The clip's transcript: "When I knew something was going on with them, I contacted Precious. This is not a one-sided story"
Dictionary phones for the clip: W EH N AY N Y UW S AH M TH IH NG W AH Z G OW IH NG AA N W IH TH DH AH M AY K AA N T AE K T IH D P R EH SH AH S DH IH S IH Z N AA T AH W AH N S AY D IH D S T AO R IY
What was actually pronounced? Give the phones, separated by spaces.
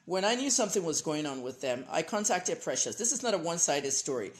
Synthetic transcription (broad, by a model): W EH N AY N Y UW S AH M TH IH NG W AH Z G OW IH NG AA N W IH DH AH M AY K AA N T AE K T IH D P R EH SH AH S DH IH S IH Z N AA T AH W AH N S AY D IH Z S T AO R IY